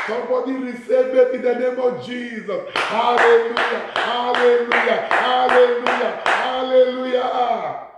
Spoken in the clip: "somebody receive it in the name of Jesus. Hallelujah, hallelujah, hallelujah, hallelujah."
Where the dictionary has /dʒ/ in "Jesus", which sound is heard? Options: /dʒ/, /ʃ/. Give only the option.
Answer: /dʒ/